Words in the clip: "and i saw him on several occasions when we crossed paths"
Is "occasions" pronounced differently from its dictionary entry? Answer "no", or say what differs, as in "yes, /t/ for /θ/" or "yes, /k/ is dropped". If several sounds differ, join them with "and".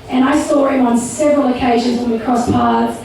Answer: no